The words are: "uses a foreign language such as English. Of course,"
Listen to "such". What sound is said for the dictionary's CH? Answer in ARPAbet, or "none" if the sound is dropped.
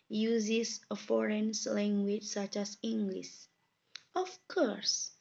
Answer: CH